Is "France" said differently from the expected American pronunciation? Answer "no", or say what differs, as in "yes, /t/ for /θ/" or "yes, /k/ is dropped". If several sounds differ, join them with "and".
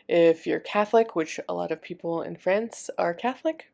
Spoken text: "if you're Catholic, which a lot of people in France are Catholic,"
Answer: no